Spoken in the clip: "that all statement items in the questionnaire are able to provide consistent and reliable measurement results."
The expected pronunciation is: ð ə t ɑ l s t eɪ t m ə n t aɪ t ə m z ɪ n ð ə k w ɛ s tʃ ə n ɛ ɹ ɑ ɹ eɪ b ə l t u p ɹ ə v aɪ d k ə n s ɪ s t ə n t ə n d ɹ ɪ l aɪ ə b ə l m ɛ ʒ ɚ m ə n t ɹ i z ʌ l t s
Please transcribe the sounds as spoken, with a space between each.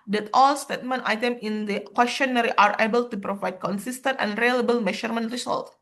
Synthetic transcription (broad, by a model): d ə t ɑ l s t eɪ t m ə n t aɪ t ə m ɪ n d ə k w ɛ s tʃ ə n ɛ ɹ ɑ ɹ eɪ b ə l t u p ɹ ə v aɪ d k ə n s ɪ s t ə n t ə n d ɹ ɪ l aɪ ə b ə l m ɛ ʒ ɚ m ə n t ɹ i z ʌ l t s